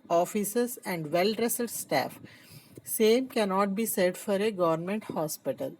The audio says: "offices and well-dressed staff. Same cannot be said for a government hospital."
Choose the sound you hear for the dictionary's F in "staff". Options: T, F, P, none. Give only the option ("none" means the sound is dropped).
F